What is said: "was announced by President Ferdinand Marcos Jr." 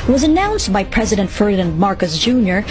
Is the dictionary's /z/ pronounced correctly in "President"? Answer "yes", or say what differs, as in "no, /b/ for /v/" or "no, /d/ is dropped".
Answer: yes